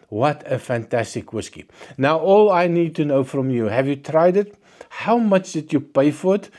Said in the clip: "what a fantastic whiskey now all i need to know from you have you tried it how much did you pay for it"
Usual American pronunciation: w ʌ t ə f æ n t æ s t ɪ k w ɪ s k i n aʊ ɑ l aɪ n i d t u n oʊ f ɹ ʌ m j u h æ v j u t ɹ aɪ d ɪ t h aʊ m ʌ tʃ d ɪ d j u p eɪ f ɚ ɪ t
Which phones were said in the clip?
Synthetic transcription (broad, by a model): w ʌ t ə f æ n t æ s t ɪ k w ɪ s k i n aʊ ɑ l aɪ n i d t u n oʊ f ɹ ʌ m j u h æ v j u t ɹ aɪ d ɪ t h aʊ m ʌ tʃ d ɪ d j u p eɪ f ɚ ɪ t